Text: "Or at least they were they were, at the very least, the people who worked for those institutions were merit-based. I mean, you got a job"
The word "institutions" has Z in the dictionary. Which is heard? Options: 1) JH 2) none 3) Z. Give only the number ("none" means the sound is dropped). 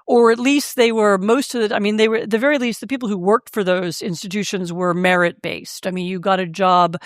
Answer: 3